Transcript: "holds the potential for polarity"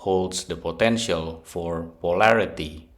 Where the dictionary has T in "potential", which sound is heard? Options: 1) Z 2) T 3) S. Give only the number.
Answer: 2